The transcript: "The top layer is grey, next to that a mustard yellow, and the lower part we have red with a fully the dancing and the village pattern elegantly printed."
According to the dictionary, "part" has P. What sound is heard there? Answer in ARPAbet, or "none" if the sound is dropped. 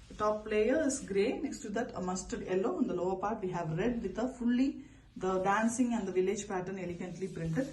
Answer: P